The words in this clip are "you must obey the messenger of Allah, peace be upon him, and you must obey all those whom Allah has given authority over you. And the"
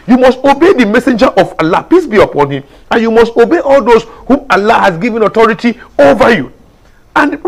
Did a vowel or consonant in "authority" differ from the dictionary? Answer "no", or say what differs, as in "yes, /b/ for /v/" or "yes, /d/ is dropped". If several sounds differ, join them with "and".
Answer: yes, /t/ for /θ/